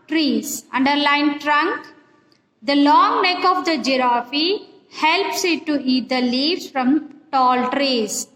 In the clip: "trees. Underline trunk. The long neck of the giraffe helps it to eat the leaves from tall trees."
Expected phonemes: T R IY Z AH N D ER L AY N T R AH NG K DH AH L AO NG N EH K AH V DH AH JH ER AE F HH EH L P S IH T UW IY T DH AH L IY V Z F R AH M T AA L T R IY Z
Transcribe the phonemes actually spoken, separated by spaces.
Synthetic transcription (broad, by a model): T R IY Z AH N D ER L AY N T R AH NG K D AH L AO NG N EH K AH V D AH JH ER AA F HH EH L P S IH T UW IY T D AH L IY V F R AH M T AA L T R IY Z